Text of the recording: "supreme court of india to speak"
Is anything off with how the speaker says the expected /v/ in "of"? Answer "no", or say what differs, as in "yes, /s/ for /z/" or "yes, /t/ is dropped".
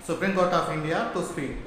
yes, /p/ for /v/